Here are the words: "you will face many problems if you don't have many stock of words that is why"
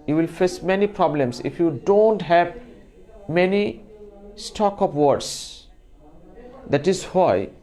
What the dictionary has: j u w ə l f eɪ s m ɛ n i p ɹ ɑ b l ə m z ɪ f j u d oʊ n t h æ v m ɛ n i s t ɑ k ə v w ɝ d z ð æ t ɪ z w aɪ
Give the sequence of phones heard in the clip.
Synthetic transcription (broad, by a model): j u w ə l f eɪ s m ɛ n i p ɹ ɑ b l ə m s ɪ f j u d oʊ n t h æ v m ɛ n i s t ɑ k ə p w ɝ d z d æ t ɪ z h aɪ